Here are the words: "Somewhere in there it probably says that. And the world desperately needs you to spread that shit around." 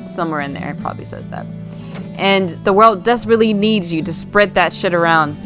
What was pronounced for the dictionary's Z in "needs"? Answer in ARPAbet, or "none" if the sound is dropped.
Z